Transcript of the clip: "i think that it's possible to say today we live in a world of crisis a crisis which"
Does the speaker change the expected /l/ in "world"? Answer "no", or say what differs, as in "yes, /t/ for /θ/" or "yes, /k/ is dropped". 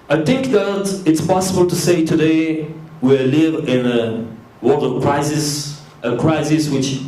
yes, /l/ is dropped